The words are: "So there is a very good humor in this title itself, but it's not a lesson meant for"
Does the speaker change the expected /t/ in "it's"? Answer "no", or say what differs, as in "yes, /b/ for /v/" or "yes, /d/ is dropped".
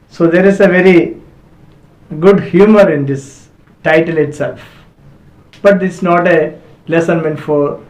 yes, /s/ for /t/